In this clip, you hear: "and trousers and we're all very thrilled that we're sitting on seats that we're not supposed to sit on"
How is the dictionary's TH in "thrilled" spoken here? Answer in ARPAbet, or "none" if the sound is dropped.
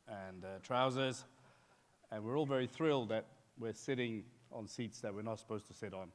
TH